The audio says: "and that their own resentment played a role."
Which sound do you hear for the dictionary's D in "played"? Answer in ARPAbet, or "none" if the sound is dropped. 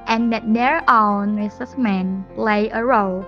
none